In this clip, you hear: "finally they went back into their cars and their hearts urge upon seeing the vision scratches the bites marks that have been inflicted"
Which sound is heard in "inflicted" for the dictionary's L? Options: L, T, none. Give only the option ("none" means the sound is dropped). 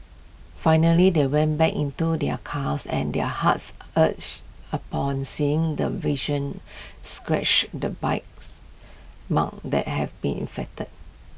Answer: none